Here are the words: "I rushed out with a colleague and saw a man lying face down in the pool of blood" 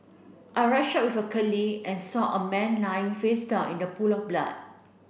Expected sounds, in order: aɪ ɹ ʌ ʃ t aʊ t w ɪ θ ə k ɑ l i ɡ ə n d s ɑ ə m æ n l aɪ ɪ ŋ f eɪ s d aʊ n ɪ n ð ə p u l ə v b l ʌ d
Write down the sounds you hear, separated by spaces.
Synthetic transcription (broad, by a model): aɪ ɹ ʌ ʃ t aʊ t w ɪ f ə k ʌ l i ə n s ɑ ə m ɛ n l aɪ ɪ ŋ f eɪ s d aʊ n ɪ n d ə p u l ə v b l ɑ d